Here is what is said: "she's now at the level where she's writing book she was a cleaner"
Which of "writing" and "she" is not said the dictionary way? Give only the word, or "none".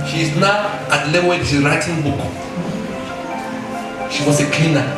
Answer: none